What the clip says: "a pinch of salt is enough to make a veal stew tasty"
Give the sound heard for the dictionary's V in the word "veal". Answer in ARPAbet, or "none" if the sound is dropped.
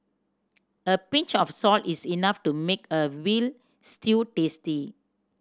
W